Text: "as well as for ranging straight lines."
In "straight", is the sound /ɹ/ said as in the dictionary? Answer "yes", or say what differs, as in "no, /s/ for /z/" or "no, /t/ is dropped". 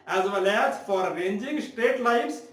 no, /ɹ/ is dropped